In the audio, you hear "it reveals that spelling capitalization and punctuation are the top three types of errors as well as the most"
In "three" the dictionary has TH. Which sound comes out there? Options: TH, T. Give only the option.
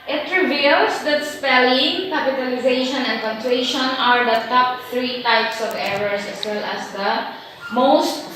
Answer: T